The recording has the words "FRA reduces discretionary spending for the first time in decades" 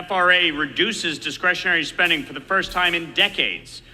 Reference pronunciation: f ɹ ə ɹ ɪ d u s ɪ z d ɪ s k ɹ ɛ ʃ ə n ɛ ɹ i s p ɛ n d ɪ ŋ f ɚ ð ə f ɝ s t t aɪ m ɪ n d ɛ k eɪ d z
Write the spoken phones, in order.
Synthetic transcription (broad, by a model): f ɹ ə ɹ ɪ d u s ɪ z d ɪ s k ɹ ɛ ʃ ə n ɛ ɹ i s p ɛ n d ɪ ŋ f ɚ ð ə f ɝ s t t aɪ m ɪ n d ɛ k eɪ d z